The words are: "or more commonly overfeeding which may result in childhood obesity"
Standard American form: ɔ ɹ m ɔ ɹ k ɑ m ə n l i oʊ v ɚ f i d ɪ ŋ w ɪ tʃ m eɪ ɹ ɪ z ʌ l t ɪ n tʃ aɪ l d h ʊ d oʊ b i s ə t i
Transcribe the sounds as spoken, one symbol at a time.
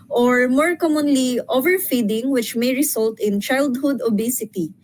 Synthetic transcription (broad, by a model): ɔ ɹ m ɔ ɹ k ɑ m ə n l i oʊ v ɚ f i d ɪ ŋ w ɪ tʃ m eɪ ɹ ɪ s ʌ l t ɪ n tʃ aɪ l d h ʊ d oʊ b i s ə t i